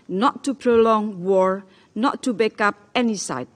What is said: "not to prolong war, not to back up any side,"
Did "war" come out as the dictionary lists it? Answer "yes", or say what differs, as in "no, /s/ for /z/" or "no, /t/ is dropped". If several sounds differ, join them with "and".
yes